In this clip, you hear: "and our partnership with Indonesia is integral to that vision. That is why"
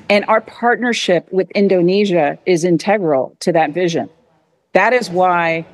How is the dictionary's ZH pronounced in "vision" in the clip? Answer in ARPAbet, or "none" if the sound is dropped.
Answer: ZH